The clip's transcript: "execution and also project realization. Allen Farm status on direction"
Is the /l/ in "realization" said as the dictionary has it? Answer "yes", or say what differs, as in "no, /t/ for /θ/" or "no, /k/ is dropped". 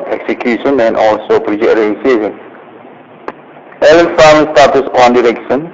no, /l/ is dropped